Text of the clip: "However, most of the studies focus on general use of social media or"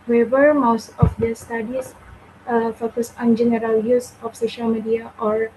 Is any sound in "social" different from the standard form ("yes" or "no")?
no